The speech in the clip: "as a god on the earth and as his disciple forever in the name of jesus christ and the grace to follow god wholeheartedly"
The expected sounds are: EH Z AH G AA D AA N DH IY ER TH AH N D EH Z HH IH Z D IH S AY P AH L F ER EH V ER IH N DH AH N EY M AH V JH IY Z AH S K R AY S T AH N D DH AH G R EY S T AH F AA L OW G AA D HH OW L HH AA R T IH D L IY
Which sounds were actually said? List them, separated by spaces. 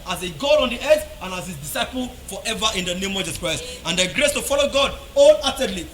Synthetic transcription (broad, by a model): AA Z AH G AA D AA N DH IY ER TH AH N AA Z HH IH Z D IH S AY P AH L F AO EH V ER IH N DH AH N EY M AH V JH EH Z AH K R AY S T AH N D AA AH G R EY S T AH F AA L OW G AA D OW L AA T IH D L IY